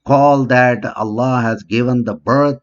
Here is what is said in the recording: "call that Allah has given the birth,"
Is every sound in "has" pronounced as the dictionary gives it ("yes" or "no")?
yes